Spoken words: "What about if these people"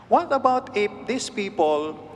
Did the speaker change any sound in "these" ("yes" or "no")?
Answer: yes